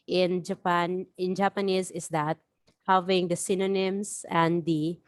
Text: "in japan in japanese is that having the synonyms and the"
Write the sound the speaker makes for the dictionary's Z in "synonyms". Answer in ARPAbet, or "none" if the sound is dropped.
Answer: S